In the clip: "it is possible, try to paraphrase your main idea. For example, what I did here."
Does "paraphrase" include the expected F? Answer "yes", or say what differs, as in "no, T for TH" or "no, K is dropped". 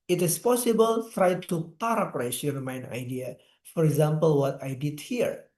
no, P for F